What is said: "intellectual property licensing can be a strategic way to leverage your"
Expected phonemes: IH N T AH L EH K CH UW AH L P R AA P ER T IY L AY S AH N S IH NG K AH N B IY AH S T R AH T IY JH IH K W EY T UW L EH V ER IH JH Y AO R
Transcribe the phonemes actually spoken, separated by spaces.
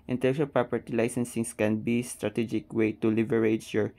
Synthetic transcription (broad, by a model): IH N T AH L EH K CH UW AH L P R AA P ER T IY L AY S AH N S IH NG K AH N B IY S T R AH T IY JH IH K W EY T UW L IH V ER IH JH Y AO R